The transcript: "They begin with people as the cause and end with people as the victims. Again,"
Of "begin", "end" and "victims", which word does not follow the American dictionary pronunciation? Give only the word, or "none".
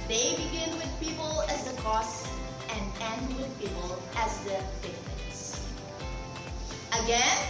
victims